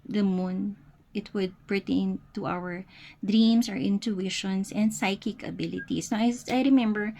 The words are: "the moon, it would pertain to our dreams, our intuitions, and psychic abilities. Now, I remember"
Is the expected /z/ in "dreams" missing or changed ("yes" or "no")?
yes